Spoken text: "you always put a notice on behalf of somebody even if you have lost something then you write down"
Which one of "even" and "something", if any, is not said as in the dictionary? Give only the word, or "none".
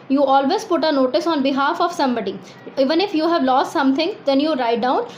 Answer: something